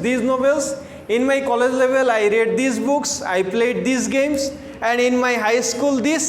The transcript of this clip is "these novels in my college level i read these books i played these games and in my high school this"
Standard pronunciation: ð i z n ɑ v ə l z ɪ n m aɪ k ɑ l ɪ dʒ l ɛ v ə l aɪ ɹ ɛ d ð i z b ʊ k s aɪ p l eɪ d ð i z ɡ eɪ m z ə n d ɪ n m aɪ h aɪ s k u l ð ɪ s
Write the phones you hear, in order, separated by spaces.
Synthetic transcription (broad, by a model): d i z n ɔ b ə l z ɪ n m aɪ k ɑ l ɪ dʒ l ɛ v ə l aɪ ɹ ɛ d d i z b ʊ k s aɪ p l eɪ d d i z ɡ eɪ m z ə n d ɪ n m aɪ h aɪ s k u l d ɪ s